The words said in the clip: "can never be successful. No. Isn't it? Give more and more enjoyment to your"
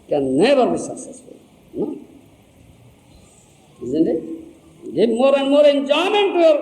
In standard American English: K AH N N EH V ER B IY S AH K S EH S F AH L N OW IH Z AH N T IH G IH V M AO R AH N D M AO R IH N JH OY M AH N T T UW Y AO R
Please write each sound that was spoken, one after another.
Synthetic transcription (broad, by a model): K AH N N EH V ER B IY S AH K S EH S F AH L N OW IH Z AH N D IH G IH B M AO R AH N D M AO R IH N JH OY M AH N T T UW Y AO R